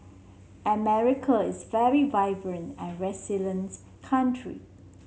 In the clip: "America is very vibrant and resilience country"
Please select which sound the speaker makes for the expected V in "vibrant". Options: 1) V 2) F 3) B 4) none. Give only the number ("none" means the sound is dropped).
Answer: 1